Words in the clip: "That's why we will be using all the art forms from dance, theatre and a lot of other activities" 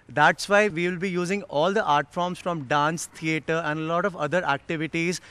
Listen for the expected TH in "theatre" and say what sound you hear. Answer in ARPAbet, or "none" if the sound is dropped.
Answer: T